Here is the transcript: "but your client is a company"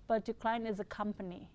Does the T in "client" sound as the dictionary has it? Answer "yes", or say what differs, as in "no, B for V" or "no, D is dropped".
no, T is dropped